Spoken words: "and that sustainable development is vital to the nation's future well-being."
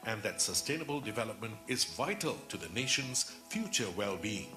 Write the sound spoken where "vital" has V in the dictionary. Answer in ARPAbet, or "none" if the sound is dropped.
V